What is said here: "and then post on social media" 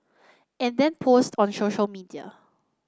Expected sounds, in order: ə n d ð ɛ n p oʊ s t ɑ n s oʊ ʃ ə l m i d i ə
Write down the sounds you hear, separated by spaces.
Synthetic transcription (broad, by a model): ə n d ɛ n p oʊ s t ɑ n s oʊ ʃ ə l m i d i ə